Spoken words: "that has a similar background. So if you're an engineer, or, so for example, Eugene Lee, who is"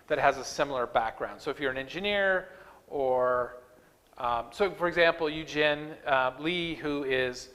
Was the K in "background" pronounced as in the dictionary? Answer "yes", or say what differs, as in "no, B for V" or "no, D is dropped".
yes